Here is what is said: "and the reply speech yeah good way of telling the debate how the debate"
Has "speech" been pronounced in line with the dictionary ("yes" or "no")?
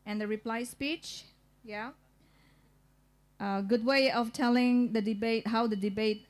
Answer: yes